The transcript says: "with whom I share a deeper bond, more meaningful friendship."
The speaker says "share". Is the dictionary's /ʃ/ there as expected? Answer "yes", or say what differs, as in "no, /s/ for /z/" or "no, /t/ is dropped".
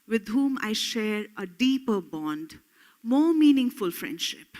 yes